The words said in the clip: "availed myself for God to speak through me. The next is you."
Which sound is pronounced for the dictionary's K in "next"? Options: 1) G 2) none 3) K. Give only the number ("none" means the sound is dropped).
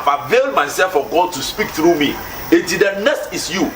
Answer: 2